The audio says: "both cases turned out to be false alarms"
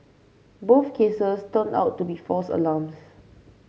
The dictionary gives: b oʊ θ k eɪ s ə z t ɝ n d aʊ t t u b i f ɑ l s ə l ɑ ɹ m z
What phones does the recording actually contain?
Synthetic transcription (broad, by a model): b oʊ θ k eɪ s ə s t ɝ n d aʊ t t u b i f ɑ s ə l ɑ m s